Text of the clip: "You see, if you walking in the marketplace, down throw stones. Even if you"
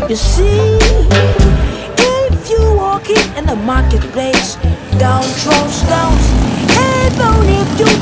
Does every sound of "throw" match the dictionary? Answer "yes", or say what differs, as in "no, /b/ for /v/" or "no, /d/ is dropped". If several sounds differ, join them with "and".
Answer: no, /t/ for /θ/